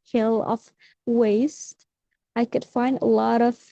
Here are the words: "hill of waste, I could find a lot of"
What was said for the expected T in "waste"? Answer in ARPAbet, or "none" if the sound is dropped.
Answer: T